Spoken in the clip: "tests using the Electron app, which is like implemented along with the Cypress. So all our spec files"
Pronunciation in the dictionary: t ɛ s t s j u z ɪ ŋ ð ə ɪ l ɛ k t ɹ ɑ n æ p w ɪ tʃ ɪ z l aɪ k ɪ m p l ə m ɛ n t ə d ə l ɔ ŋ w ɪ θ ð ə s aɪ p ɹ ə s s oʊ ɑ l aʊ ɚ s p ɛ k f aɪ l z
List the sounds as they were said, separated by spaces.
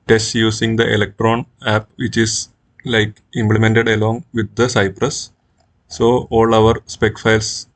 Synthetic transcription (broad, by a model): t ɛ s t j u s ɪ ŋ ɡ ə ɪ l ɛ k t ɹ ɑ n æ p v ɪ tʃ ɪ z l aɪ k ɪ m p l ə m ɛ n t ə d ə l ɔ ŋ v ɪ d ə s aɪ p ɹ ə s s oʊ ɑ l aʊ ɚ s p ɛ k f aɪ l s